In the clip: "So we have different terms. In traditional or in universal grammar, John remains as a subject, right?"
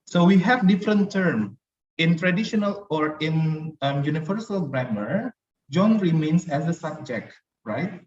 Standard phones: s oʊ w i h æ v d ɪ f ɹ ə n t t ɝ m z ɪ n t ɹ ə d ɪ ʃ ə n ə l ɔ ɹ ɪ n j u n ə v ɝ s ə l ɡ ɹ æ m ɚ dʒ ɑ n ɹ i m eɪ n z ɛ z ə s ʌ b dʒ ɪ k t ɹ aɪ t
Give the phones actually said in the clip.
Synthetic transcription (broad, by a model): s oʊ w i h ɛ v d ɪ f ɹ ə n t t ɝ m ɪ n t ɹ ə d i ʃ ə n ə l ɔ ɹ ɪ n j u n ə v ɝ s ə l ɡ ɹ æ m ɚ dʒ ɑ n ɹ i m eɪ n s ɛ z ə s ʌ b dʒ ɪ k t ɹ aɪ t